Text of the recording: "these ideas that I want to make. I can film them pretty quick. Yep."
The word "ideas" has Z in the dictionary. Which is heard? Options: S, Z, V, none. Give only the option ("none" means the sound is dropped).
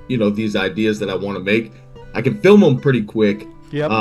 Z